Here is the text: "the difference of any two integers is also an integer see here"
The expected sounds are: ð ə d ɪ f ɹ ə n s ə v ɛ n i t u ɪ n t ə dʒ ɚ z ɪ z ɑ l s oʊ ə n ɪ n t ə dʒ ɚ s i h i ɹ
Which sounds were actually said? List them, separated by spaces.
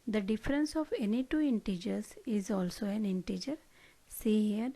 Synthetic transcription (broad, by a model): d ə d ɪ f ɹ ə n s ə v ɛ n i t u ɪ n t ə dʒ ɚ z ɪ z ɑ l s oʊ ə n ɪ n t ə dʒ ɚ s i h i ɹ